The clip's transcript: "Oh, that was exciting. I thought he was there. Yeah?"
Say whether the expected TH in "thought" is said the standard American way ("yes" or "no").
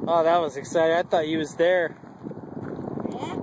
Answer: yes